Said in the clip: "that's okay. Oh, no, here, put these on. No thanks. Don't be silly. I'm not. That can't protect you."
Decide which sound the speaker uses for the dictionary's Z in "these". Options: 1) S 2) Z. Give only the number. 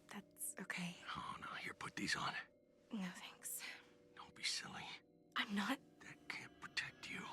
2